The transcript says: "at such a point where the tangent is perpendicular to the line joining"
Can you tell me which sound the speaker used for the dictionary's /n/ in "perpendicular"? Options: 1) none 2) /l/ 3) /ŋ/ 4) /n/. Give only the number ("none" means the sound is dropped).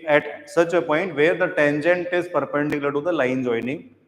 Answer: 1